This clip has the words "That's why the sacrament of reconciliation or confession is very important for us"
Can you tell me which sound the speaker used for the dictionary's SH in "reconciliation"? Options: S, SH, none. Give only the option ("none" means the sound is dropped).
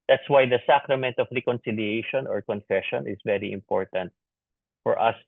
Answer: SH